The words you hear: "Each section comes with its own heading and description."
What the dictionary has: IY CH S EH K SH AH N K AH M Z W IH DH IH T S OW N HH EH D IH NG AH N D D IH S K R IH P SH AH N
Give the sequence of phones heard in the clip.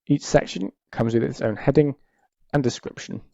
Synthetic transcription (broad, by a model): IY CH S EH K SH AH N K AH M Z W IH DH IH T S OW N HH EH D IH NG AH N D D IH S K R IH P SH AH N